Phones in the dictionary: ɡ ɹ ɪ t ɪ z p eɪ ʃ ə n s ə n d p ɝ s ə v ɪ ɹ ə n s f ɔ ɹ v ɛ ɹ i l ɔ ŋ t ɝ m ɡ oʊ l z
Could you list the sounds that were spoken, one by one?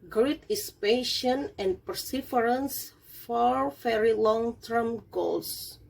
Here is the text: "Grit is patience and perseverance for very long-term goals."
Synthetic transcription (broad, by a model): ɡ ɹ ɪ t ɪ s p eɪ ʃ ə n ə n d p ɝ s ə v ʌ ɹ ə n s f ɔ ɹ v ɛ ɹ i l ɔ ŋ t ɝ m ɡ oʊ l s